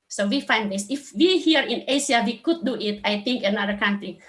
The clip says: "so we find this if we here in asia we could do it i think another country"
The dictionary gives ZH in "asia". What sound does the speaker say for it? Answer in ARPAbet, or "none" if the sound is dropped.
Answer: S